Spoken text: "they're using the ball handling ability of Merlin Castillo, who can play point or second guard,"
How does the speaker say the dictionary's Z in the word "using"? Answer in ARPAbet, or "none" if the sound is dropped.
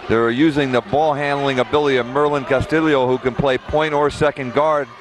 Z